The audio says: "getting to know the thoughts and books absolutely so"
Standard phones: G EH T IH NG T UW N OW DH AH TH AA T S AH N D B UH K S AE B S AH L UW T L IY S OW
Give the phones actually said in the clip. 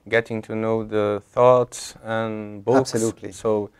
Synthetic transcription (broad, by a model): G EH T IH NG T UW N OW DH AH TH AA T S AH N B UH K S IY S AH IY